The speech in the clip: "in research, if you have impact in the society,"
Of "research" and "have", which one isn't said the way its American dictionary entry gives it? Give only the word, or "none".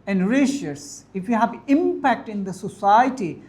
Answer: research